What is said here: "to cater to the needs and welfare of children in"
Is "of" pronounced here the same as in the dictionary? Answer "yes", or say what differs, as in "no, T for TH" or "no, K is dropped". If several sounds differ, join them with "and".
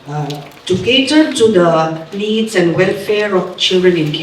no, F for V